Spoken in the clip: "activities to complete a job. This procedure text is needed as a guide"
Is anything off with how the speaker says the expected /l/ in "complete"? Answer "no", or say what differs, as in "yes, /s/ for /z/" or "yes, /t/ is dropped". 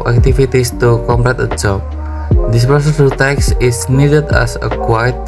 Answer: yes, /l/ is dropped